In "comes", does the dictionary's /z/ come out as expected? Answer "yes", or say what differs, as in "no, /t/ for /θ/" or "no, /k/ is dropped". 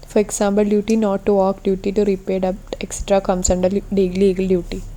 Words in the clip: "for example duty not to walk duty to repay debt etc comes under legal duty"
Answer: no, /s/ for /z/